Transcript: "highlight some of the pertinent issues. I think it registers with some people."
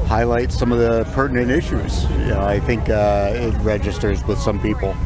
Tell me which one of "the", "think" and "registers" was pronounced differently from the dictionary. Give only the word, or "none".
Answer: none